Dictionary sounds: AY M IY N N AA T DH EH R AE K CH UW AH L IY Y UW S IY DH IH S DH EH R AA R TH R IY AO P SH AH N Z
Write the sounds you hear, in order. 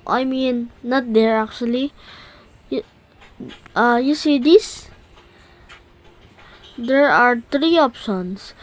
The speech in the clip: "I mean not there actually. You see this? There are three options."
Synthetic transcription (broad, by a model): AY M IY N N AA T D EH R AE K CH UW AH L IY Y UW S IY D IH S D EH R AA R T R IY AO P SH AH N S